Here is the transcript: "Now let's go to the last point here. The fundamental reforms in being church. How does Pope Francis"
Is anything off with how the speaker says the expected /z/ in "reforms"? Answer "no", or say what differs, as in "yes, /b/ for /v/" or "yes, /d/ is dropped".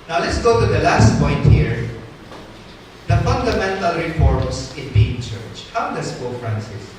yes, /s/ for /z/